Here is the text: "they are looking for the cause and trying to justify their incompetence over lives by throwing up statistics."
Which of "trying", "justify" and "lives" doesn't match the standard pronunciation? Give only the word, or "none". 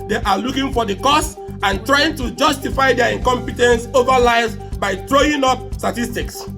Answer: lives